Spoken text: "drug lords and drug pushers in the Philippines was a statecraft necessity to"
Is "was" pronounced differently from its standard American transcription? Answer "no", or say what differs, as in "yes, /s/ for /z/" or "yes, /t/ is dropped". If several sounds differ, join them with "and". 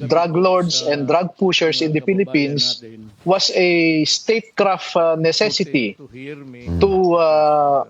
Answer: yes, /s/ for /z/